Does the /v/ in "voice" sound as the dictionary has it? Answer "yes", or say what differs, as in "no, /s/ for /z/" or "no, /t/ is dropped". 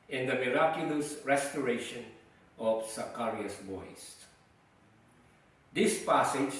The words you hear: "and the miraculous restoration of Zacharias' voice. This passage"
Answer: no, /b/ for /v/